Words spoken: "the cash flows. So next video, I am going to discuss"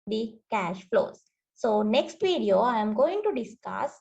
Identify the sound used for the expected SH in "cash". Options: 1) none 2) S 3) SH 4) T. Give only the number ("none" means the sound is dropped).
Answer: 3